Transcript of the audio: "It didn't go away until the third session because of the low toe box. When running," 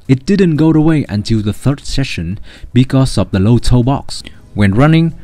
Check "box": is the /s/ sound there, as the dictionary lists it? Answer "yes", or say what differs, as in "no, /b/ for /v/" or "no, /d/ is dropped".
yes